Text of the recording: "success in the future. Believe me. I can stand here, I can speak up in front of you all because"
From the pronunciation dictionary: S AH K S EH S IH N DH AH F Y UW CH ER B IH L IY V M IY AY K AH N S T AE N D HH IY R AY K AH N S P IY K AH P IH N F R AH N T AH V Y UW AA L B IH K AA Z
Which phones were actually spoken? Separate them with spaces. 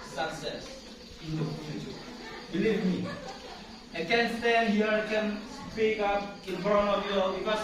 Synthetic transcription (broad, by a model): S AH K S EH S IH N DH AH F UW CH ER B IH L IY V M IY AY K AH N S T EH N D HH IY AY K AH N S P IY K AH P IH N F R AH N AH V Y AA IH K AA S